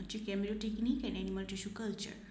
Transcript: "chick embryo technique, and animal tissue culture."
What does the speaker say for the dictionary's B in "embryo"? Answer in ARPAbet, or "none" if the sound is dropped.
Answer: none